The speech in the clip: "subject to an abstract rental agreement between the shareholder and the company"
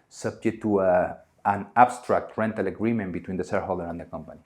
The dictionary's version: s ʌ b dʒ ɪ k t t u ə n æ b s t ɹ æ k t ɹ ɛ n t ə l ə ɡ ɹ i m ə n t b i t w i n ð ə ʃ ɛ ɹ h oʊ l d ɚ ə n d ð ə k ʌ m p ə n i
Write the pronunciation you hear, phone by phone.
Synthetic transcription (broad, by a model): s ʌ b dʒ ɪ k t t u ə n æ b s t ɹ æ k t ɹ ɛ n t ə l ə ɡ ɹ i m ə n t b i t w i n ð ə s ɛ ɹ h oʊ l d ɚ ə n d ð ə k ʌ m p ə n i